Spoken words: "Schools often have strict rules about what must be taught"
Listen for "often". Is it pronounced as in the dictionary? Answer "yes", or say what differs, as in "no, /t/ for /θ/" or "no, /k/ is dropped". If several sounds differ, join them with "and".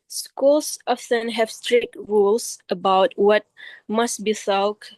no, /s/ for /t/